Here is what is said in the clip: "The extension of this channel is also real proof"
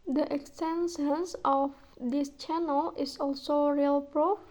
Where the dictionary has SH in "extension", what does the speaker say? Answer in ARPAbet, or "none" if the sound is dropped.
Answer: S